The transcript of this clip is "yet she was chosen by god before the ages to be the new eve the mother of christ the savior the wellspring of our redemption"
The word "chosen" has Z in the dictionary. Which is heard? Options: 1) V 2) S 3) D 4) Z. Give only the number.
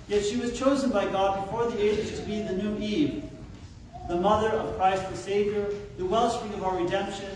4